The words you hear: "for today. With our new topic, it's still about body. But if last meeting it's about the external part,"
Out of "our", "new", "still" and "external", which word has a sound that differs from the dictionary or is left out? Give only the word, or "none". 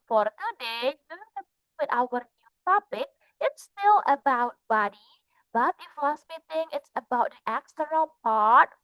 external